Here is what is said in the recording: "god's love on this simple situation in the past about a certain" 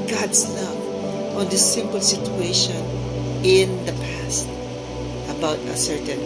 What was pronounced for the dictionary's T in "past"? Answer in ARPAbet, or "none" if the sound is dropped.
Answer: T